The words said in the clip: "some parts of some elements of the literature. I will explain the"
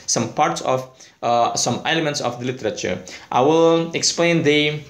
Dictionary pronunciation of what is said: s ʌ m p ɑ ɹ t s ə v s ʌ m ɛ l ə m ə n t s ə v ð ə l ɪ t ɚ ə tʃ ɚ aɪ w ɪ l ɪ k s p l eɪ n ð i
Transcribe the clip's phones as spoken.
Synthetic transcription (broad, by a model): s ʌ m p ɑ ɹ t s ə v s ʌ m ɛ l ə m ə n t s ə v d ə l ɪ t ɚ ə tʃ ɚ aɪ w ɪ l ɪ k s p l eɪ n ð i